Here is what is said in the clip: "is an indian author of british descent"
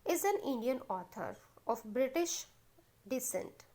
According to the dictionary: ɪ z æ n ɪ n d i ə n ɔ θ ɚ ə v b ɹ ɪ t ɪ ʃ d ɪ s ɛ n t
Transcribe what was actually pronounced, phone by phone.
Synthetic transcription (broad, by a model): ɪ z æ n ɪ n d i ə n ɔ t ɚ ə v b ɹ ɪ t ɪ ʃ d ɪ s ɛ n t